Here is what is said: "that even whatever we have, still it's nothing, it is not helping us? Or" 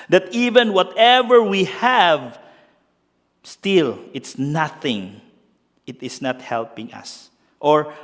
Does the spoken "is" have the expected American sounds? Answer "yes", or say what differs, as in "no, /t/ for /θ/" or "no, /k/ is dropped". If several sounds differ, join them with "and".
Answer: no, /s/ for /z/